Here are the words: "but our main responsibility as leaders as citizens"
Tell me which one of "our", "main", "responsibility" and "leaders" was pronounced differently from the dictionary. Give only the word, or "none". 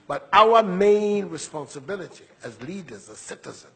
none